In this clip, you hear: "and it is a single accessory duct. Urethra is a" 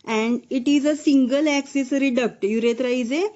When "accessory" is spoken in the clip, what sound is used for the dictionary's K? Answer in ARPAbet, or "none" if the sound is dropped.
K